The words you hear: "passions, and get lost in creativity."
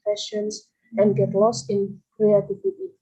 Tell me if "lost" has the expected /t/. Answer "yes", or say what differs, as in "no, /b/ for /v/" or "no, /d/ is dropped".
yes